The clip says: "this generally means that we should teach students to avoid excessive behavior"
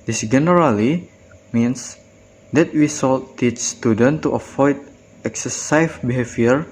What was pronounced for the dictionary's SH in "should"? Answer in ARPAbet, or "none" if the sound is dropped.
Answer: S